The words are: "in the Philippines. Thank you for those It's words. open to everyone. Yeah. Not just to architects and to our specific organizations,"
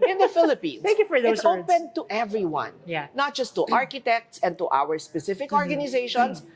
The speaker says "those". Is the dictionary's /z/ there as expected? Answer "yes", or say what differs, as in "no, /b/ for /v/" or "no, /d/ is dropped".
no, /z/ is dropped